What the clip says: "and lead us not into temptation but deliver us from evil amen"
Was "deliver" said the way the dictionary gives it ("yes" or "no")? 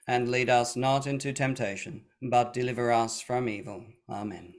yes